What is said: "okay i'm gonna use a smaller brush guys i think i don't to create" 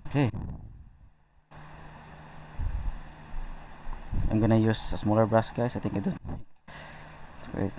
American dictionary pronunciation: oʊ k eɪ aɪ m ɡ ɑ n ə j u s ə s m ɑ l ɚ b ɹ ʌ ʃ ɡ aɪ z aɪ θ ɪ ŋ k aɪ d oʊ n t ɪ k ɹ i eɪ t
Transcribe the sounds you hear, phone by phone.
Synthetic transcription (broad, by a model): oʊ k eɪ aɪ m ɡ ɑ n ə j u s ə s m ɑ l ɚ b ɹ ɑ s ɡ aɪ s aɪ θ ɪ ŋ k aɪ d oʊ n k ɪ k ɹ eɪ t